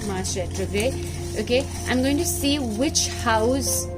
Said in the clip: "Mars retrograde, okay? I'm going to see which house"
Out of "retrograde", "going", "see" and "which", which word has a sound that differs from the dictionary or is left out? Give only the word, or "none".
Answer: retrograde